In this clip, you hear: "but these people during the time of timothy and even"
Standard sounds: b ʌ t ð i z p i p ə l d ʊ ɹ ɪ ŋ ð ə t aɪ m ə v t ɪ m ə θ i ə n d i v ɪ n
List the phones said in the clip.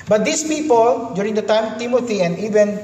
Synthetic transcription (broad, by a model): b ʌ t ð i s p i p ə l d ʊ ɹ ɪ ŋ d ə t aɪ m t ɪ m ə t i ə n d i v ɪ n